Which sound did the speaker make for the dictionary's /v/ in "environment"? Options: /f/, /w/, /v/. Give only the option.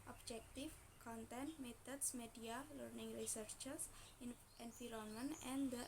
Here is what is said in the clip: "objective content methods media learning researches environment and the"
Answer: /f/